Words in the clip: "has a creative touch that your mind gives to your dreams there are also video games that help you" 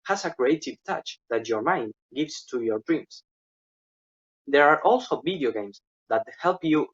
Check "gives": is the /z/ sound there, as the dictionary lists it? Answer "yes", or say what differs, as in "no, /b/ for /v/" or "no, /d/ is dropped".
no, /s/ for /z/